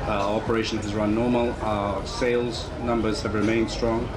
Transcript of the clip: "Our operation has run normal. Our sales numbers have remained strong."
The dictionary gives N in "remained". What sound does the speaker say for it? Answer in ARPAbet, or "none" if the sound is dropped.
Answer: N